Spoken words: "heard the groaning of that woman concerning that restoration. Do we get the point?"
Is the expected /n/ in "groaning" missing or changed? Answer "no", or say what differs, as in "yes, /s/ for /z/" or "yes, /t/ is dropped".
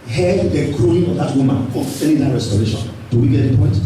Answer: yes, /n/ is dropped